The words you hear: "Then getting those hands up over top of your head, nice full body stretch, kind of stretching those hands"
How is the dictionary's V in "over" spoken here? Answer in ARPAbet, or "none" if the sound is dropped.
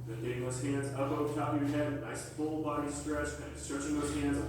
none